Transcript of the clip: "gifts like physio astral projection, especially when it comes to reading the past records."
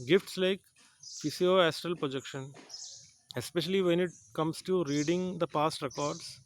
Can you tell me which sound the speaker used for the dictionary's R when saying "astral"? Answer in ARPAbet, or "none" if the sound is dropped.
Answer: R